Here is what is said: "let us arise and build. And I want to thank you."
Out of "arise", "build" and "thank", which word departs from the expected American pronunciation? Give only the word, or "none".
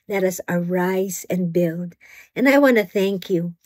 none